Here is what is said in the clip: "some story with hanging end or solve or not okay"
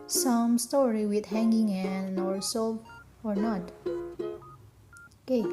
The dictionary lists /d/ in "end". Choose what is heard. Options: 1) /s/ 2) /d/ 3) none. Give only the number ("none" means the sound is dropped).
3